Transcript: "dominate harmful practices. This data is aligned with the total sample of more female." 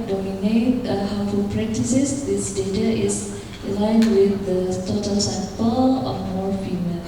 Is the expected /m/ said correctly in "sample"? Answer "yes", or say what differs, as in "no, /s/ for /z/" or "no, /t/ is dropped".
no, /m/ is dropped